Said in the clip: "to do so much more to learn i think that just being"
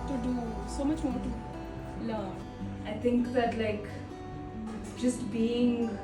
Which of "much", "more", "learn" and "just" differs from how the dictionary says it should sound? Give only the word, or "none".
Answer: learn